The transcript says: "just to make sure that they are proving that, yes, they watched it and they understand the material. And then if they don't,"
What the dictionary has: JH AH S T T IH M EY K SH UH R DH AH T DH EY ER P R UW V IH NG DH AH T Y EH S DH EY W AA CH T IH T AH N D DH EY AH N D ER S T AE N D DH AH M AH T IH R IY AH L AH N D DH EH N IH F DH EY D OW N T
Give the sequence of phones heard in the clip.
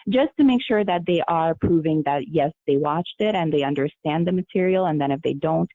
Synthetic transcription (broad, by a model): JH AH S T T IH M EY K SH UH R DH AH T DH EY ER P R UW V IH NG DH AH T Y EH S DH EY W AA CH T IH T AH N DH EY AH N D ER S T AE N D DH AH M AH T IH R IY L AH N DH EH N IH F DH EY D OW N T